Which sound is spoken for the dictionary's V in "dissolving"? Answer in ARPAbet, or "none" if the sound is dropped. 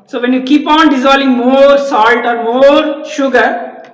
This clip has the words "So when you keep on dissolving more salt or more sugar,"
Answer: none